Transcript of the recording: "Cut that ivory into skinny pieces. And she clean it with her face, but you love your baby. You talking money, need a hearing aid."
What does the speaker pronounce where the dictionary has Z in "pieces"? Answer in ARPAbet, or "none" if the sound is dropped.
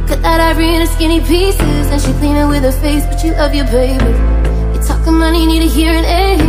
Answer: Z